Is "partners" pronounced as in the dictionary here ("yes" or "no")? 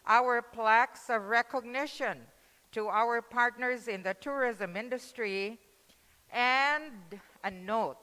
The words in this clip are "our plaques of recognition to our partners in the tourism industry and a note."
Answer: yes